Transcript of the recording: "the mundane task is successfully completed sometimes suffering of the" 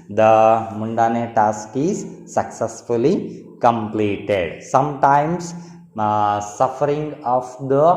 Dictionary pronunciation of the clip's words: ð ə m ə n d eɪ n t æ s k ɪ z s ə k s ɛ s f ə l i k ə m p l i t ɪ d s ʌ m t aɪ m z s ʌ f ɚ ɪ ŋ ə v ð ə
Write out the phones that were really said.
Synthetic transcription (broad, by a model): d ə m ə n d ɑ n t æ s k ɪ z s ə k s ɛ s f ə l i k ə m p l i t ɪ d s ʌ m t aɪ m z s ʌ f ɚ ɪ ŋ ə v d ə